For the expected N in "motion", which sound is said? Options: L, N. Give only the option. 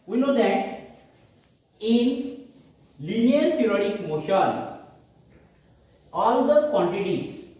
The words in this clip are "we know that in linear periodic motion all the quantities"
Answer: L